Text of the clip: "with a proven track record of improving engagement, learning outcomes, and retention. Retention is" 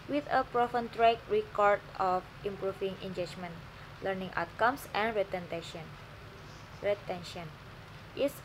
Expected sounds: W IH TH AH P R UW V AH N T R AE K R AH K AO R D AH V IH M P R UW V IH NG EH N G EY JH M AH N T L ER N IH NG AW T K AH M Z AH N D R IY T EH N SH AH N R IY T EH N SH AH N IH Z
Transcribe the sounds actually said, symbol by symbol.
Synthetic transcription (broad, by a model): W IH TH AH P R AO F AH N T R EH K R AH K AO R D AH F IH M P R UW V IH NG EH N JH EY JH M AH N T L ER N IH NG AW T K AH M S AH N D R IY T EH N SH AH N R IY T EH N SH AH N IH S